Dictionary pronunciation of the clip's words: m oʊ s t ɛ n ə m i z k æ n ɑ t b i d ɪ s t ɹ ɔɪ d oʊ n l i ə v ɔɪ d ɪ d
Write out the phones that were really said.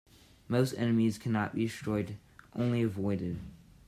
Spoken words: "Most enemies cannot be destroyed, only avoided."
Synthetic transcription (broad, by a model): m oʊ s t ɛ n ə m i z k æ n ɑ t b i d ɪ s t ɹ ɔɪ d oʊ n l i ə v ɔɪ d ɪ d